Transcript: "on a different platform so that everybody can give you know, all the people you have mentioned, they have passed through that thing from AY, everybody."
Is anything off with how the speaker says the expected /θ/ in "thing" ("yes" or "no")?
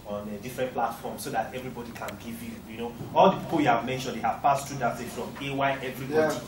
yes